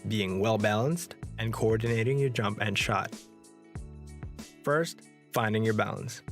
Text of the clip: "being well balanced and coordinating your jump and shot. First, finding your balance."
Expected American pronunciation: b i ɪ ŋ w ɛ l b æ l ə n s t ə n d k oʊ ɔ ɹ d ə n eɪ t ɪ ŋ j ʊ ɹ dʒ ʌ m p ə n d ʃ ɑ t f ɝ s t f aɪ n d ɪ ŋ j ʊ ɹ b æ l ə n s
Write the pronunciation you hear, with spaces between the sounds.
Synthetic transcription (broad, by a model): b i ɪ ŋ w ɛ l b æ l ə n s t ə n k oʊ ɔ ɹ d n eɪ t ɪ ŋ j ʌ ɹ dʒ ʌ m p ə n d ʃ ɑ t f ɝ s t f aɪ n d ɪ ŋ j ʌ ɹ b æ l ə n s